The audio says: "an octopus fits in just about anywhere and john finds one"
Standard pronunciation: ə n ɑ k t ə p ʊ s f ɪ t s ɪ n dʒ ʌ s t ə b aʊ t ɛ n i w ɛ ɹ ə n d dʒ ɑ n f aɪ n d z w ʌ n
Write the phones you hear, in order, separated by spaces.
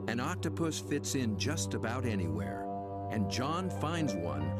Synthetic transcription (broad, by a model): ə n ɑ k t ə p ʊ s f ɪ t s ɪ n dʒ ʌ s t ə b aʊ t ɛ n i w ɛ ɹ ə n dʒ ɑ n f aɪ n d z w ʌ n